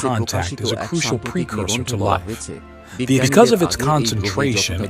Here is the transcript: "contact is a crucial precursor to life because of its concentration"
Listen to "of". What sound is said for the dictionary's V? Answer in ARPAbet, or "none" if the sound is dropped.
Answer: V